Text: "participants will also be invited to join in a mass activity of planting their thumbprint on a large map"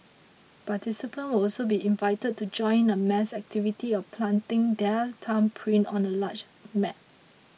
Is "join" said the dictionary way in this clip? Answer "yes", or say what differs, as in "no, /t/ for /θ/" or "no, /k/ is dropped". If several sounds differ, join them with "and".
no, /n/ is dropped